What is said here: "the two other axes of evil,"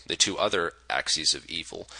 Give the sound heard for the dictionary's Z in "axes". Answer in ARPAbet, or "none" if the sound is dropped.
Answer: Z